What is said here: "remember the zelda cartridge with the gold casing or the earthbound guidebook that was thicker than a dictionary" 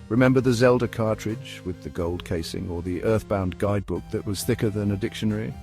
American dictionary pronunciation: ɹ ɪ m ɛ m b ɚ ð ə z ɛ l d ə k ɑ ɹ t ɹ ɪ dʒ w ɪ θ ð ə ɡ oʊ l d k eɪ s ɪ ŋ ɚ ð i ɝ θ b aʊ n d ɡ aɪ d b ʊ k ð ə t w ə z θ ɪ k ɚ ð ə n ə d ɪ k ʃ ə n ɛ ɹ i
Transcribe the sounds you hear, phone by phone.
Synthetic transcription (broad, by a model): ɹ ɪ m ɛ m b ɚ ð ə z ɛ l d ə k ɑ ɹ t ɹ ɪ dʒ w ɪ ð ə ɡ oʊ l d k eɪ s ɪ ŋ ɚ ð i ɝ θ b aʊ n ɡ aɪ d b ʊ k ð ə t w ə z θ ɪ k ɚ ð ə n ə d ɪ k ʃ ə n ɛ ɹ i